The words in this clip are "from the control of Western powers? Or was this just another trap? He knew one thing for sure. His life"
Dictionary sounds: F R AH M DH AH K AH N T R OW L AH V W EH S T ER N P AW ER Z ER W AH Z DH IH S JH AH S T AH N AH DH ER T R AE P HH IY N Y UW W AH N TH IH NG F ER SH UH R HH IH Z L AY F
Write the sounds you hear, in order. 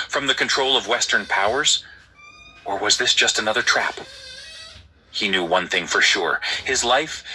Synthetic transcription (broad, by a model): F R AH M DH AH K AH N T R OW L AH V W EH S T ER N P AW ER Z ER W AH Z DH IH S JH AH S T AH N AH DH ER T R AE P HH IY N Y UW W AH N TH IH NG F ER SH UH R HH IH Z L AY F